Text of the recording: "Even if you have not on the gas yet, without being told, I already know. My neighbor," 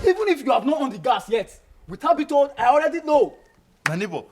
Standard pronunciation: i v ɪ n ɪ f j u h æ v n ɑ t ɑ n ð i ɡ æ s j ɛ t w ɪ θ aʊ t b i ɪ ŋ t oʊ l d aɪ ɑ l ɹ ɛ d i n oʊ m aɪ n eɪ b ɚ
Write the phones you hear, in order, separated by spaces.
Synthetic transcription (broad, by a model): i v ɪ n ɪ f j u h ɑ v n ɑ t ɑ n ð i ɡ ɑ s j ɛ t w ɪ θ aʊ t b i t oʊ d aɪ ɑ l ɹ ɛ d i l oʊ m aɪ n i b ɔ